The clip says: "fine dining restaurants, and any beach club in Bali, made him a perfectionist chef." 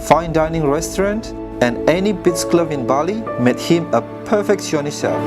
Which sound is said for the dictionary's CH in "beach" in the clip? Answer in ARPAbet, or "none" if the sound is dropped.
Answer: S